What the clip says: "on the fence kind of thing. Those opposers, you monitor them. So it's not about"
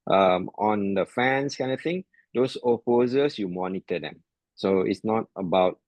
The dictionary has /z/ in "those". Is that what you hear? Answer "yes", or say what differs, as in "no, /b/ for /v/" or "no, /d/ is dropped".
no, /s/ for /z/